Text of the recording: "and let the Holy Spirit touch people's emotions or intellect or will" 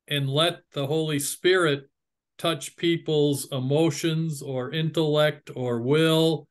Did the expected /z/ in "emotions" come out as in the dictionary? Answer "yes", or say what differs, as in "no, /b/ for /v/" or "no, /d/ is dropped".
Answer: yes